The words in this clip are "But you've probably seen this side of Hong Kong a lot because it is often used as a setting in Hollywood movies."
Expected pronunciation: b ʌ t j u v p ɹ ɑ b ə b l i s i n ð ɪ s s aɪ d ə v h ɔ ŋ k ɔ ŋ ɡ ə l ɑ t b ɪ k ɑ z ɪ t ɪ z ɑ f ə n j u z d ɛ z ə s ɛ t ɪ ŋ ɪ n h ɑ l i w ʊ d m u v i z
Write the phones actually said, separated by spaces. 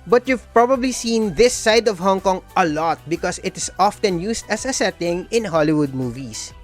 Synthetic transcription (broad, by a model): b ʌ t j u v p ɹ ɑ b ə b l i s i n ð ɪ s s aɪ d ə v h ɔ ŋ k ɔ ŋ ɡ ə l ɑ t b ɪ k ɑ s ɪ t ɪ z ɑ f ə n j u s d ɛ s ə s ɛ t ɪ ŋ ɪ n h ɑ l i w ʊ d m u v i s